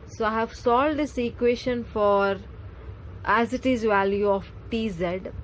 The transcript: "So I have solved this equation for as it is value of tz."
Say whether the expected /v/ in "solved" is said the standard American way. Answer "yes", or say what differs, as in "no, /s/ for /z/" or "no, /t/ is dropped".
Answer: no, /v/ is dropped